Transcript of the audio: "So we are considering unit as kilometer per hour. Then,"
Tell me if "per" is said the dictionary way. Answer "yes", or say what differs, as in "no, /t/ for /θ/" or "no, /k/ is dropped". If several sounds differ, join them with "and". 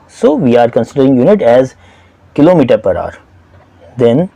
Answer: yes